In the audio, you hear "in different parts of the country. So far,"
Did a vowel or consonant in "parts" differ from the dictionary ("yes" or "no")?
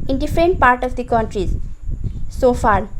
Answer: yes